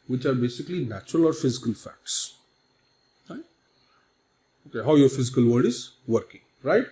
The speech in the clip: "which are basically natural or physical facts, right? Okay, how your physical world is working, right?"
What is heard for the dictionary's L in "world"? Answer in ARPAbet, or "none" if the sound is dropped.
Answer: none